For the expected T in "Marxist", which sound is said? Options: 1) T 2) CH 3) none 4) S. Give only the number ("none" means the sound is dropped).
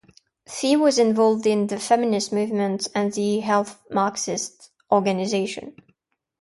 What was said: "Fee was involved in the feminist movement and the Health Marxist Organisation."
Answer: 1